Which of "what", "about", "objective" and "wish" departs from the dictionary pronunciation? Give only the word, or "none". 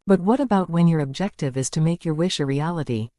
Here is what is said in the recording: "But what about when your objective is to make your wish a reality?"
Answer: none